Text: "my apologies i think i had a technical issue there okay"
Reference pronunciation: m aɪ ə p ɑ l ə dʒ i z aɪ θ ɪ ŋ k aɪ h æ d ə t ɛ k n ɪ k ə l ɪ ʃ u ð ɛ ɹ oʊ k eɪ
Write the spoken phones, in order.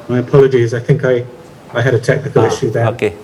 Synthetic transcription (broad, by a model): m aɪ ə p ɑ l ə dʒ i z aɪ θ ɪ ŋ k aɪ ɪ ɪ d ə t ɛ k n ɪ k ə l ɪ ʃ u ð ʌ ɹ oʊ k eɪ